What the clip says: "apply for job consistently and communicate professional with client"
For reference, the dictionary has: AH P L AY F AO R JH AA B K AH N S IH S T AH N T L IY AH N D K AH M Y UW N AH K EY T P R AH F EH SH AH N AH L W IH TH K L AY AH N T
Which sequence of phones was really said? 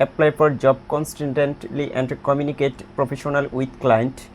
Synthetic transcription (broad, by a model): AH P L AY P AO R JH AA B K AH N S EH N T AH N T L IY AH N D K AH M Y UW N AH K EY T P R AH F EH SH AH N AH L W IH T K L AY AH N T